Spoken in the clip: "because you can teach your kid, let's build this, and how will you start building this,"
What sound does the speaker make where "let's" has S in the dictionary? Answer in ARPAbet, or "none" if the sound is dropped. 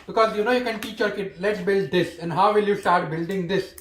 S